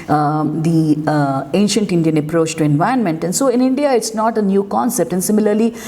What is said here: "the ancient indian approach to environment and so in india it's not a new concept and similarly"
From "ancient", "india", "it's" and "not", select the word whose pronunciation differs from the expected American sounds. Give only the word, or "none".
none